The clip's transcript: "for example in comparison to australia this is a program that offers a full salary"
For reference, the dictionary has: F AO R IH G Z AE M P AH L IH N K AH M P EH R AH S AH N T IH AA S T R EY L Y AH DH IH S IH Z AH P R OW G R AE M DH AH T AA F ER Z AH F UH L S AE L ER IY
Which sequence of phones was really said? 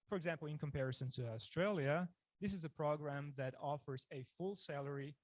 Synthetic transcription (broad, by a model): F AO R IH G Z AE M P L IH N K AH M P EH R AH S AH N T IH AA S T R EY L Y AH DH IH S IH Z AH P R OW G R AE M DH AH T AA F ER Z AH F UH L S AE L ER IY